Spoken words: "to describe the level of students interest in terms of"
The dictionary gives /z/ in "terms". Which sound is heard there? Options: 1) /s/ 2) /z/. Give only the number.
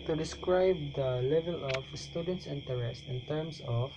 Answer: 1